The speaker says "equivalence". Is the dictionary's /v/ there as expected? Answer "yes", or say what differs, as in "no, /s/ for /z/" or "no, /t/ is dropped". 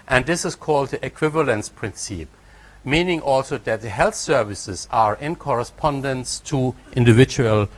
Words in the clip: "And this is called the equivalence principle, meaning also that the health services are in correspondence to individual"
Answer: yes